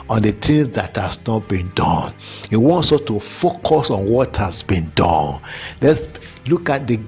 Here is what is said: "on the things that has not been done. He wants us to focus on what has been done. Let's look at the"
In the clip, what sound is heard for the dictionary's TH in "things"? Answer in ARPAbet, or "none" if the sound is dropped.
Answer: T